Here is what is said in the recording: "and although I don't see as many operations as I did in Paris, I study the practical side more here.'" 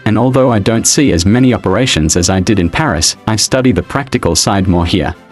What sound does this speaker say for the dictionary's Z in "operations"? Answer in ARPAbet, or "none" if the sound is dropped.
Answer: Z